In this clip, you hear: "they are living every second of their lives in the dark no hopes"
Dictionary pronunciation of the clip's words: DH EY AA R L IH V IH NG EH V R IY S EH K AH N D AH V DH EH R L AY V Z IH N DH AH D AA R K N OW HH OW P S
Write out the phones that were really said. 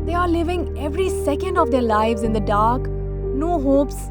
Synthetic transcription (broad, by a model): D EY AA R L IH V IH NG EH V R IY S EH K AH N D AH V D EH R L AY V Z IH N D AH D AA R K N OW HH OW P S